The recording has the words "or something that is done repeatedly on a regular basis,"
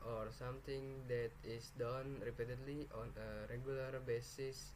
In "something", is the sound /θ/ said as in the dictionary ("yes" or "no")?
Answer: no